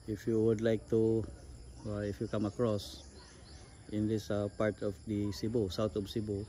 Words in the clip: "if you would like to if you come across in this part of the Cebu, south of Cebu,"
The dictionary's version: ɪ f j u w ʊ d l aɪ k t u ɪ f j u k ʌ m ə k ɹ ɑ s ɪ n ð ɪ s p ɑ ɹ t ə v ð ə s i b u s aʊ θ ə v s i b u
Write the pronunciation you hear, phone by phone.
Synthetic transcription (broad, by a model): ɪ f j u w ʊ d l aɪ k t u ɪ f j u k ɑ m ə k ɹ ɑ s ɪ n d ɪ s p ɑ ɹ t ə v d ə s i b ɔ s aʊ t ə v s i b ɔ